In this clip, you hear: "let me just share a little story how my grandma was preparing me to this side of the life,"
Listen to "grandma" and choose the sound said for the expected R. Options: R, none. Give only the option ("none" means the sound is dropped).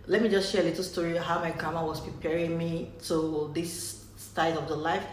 none